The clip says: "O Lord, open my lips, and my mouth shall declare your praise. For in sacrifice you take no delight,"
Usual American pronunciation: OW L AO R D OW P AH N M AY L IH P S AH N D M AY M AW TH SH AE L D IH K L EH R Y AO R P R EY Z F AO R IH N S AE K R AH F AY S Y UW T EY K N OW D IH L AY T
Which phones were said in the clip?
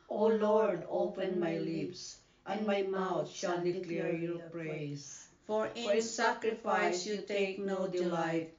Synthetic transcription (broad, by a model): OW L AO R D OW P AH N M AY L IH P S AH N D M AY M AW T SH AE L D IH K L EH R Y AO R P R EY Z F AO R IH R S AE K R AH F AY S Y UW T EY K N OW D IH L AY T